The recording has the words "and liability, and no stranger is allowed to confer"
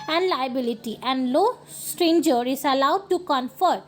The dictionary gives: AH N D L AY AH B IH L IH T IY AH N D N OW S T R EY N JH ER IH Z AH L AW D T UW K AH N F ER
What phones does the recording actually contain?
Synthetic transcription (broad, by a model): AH N D L AY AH B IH L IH T IY AH N D L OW S T R EY N JH ER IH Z AH L AW D T UW K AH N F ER